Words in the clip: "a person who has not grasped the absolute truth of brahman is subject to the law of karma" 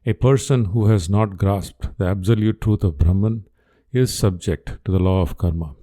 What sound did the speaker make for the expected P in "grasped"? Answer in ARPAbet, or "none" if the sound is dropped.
P